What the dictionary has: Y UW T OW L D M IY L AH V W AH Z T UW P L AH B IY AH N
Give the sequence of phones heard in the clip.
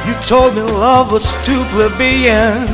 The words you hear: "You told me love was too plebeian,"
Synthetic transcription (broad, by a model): Y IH T OW L D M IY L AH V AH S T UW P L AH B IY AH N